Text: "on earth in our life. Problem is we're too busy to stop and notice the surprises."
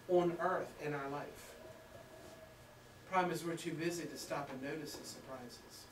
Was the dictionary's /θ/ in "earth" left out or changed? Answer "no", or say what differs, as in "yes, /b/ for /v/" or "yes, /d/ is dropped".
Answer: no